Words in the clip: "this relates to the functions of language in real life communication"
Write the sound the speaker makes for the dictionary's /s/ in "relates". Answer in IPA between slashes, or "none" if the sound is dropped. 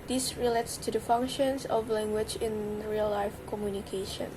/s/